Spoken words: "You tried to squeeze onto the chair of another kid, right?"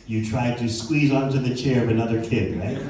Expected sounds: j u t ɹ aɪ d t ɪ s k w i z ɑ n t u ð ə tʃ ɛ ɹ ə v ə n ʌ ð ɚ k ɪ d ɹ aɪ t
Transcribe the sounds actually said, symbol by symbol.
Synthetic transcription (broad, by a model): j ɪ t ɹ aɪ d t ɪ s k w i z ɑ n t u ð ə tʃ ɛ ɹ ə v ə n ʌ ð ɚ k ɪ d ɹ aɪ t